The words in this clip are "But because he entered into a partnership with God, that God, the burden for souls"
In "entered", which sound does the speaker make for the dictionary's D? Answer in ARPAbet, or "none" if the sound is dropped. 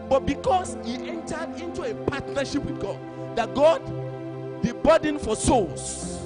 D